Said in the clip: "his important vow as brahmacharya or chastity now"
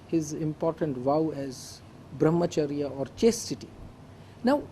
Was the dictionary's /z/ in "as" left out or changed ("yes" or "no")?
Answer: no